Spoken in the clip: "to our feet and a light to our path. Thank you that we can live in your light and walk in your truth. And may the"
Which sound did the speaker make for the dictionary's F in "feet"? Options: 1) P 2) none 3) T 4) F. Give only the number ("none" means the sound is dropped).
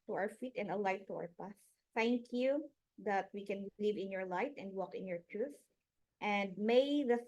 4